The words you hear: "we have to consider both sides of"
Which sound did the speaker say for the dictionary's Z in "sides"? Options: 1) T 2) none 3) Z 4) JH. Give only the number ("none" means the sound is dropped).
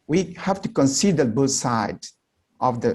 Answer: 2